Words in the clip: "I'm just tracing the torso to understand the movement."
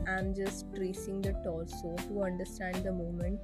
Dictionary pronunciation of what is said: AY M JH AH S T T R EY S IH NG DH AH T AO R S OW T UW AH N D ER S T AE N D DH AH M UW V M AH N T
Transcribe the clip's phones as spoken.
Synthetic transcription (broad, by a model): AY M JH AH S T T R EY S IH NG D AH T AO L S OW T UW AH N D ER S T AE N D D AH M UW M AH N T